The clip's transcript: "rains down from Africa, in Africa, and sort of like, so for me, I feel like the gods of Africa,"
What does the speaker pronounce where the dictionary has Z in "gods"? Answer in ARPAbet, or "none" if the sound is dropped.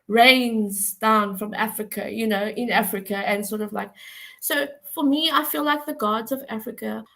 Z